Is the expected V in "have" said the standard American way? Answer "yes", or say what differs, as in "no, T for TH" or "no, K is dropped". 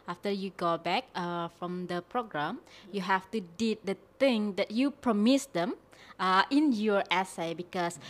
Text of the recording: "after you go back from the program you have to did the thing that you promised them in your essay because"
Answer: no, F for V